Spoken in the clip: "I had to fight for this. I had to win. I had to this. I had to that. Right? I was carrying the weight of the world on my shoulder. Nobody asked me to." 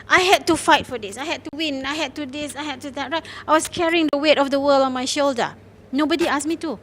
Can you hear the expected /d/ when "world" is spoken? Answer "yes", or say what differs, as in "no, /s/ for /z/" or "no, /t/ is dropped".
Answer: no, /d/ is dropped